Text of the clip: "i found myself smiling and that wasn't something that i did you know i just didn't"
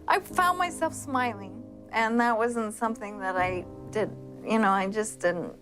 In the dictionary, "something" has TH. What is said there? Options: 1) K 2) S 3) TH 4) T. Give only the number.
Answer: 3